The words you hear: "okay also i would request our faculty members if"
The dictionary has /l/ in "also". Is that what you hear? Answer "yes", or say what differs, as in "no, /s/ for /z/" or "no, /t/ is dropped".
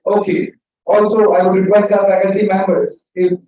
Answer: yes